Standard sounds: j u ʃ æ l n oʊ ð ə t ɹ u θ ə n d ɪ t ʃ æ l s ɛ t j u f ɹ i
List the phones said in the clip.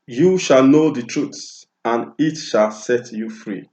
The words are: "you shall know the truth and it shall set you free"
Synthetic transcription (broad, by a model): j u ʃ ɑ l n oʊ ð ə t ɹ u s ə n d ɪ t ʃ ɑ l s ɛ t j u f ɹ i